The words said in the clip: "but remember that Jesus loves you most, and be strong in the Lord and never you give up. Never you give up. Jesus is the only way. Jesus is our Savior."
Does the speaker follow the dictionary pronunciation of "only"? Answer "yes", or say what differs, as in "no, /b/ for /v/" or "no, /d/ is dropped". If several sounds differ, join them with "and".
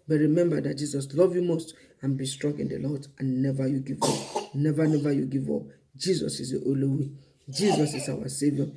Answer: no, /n/ is dropped